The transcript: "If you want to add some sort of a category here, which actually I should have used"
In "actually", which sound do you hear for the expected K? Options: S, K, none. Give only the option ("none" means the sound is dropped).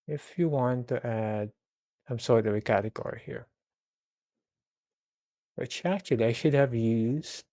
none